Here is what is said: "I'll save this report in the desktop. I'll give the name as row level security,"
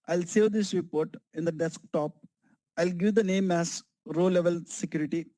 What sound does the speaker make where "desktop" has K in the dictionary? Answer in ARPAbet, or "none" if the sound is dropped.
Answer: K